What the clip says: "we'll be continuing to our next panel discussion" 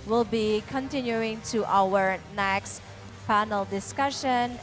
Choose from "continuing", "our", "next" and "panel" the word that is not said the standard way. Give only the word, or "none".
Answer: panel